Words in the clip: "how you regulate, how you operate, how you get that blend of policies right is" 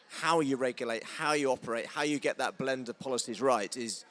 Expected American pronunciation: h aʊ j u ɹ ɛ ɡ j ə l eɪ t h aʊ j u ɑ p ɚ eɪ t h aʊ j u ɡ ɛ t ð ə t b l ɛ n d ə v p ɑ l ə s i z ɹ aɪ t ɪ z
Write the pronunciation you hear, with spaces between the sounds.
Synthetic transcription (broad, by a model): h aʊ j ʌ ɹ ɛ ɡ j ə l eɪ t h aʊ j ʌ ɑ p ɚ eɪ t h aʊ j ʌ ɡ ɛ t ð ə t b l ɛ n d ə v p ɑ l ə s i z ɹ aɪ t ɪ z